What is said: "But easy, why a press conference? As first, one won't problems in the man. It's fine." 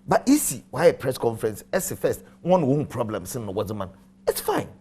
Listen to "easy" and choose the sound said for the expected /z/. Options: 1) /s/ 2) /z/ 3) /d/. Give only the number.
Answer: 1